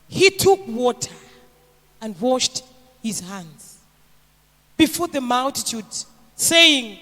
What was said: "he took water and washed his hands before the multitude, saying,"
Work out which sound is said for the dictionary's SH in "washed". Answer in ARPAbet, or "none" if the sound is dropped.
SH